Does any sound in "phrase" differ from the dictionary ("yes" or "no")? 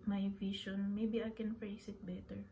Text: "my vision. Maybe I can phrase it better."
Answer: yes